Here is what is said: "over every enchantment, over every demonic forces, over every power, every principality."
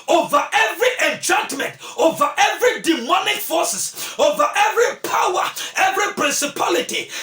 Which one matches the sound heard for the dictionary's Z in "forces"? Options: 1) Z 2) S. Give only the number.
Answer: 2